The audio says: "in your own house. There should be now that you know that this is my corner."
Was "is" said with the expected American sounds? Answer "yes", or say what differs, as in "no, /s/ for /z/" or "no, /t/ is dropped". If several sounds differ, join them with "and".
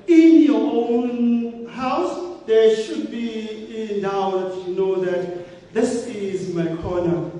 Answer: yes